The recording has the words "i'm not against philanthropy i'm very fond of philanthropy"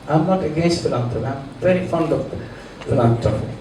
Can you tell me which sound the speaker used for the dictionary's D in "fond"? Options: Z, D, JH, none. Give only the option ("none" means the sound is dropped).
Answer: D